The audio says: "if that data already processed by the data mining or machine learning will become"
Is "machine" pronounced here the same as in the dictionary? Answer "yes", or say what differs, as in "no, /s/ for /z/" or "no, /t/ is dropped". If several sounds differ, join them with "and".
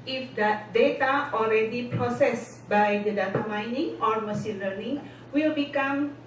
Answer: no, /s/ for /ʃ/